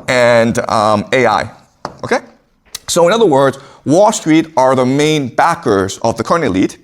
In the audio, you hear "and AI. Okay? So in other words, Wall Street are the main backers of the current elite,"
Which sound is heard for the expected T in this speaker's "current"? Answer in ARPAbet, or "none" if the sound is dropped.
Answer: none